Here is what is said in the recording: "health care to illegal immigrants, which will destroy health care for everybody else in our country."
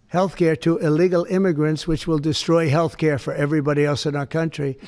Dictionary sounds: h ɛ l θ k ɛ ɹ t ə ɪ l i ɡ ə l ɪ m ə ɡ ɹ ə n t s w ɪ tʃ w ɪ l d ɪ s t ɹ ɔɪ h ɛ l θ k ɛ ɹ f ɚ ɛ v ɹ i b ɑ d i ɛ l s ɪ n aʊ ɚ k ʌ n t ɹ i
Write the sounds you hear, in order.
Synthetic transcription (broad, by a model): h ɛ l θ k ɛ ɹ t ə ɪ l i ɡ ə l ɪ m ə ɡ ɹ ə n t s w ɪ tʃ w ɪ l d ɪ s t ɹ ɔɪ h ɛ l θ k ɛ ɹ f ɚ ɛ v ɹ i b ɑ d i ɛ l s ɪ n aʊ ɚ k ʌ n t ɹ i